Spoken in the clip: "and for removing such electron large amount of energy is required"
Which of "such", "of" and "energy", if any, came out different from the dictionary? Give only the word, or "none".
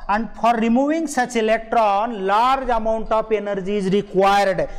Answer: of